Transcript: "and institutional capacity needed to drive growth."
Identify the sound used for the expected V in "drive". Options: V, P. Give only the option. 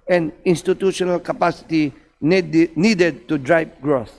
P